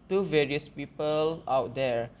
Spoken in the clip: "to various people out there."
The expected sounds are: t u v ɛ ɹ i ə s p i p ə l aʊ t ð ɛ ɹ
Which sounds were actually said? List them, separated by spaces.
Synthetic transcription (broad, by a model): t u v ɛ ɹ i ə s p i p ə l aʊ t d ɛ ɹ